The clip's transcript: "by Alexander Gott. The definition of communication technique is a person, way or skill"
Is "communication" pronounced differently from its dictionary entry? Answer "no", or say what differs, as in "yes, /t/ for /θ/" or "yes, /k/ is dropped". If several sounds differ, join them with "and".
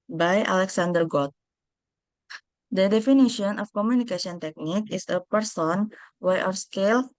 yes, /s/ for /ʃ/